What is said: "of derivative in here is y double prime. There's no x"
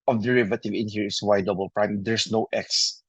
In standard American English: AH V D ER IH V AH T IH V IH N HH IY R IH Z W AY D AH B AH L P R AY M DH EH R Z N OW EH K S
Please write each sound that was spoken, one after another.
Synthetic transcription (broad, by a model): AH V D ER IH V AH T IH V IH N HH IY R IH S W AY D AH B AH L P R AY M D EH R S N OW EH K S